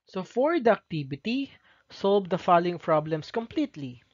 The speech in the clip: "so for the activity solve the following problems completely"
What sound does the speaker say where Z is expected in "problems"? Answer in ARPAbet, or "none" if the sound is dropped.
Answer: S